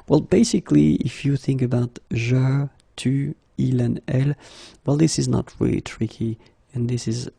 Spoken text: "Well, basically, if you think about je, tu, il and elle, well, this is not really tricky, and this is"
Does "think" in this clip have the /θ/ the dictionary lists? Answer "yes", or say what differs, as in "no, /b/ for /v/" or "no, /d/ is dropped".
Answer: yes